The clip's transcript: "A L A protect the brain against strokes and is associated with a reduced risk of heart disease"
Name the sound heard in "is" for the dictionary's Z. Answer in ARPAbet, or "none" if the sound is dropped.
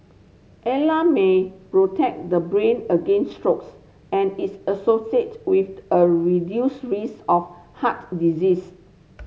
S